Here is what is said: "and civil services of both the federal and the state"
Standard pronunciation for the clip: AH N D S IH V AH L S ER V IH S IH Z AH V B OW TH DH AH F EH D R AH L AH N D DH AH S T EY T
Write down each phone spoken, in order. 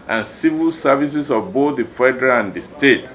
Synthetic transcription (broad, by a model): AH N S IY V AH L S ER V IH S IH S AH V B OW TH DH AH F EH D R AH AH N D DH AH S T EY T